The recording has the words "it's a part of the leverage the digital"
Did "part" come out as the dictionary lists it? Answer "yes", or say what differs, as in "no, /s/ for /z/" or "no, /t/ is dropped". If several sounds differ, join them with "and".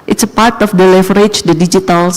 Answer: yes